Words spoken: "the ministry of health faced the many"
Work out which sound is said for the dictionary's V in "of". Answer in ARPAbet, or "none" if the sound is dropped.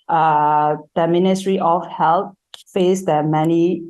F